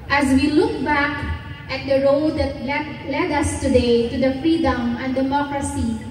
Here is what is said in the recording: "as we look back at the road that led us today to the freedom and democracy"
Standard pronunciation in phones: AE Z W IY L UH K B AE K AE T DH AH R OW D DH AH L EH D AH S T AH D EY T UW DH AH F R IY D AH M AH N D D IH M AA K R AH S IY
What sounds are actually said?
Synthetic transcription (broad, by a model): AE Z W IY L UH K B AE K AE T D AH R OW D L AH L EH D AH S T AH D EY T UW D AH F R IY D AH M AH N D D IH M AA K R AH S IY